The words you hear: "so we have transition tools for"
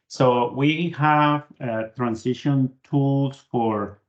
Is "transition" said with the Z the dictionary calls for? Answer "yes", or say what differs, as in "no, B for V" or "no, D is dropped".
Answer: no, S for Z